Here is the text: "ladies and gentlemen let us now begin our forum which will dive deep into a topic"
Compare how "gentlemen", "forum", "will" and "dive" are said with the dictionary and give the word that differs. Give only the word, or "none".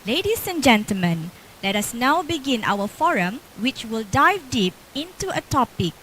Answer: none